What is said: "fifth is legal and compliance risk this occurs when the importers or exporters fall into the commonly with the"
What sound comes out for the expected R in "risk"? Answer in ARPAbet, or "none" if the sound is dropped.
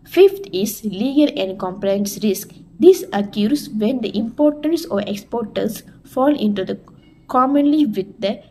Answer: R